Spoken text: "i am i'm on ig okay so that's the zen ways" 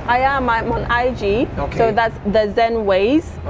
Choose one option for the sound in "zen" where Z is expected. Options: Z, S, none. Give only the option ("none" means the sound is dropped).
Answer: Z